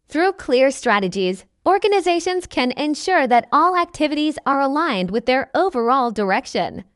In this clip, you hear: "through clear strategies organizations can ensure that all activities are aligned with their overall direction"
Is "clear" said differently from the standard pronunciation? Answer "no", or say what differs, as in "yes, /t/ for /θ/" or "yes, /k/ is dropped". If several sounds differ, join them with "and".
no